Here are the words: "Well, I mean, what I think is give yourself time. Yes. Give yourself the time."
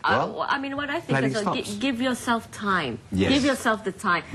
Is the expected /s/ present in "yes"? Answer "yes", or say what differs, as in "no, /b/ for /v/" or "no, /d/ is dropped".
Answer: no, /s/ is dropped